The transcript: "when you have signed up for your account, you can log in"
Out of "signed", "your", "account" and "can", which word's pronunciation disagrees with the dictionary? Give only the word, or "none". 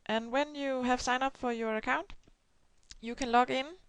signed